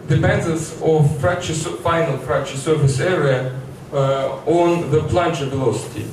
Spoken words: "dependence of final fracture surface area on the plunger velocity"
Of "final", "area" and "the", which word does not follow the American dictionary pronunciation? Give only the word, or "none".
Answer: none